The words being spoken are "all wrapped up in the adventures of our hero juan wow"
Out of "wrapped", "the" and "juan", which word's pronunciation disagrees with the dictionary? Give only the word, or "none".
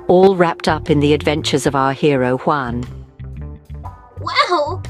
none